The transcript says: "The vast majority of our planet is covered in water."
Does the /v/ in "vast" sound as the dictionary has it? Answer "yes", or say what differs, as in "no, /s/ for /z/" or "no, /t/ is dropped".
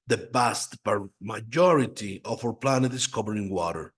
no, /b/ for /v/